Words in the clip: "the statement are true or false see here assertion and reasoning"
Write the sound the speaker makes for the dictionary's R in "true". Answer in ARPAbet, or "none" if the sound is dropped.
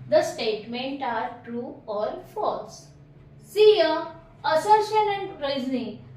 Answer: R